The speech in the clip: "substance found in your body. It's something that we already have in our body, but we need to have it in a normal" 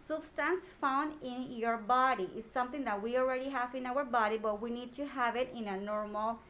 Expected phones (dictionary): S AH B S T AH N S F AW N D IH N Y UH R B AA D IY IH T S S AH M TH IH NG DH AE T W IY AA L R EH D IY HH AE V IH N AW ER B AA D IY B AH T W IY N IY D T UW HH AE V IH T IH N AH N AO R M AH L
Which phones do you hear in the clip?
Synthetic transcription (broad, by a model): S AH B S T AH N S F AW N D IH N Y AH R B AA D IY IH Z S S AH M T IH NG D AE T W IY AA L R EH D IY HH AE V IH N AW ER B AA D IY B AH T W IY N IY D T UW HH AE V IH T IH N AH N AO R M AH L